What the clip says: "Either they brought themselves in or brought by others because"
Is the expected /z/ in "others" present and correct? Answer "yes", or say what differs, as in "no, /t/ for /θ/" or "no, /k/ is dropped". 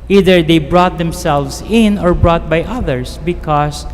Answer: no, /s/ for /z/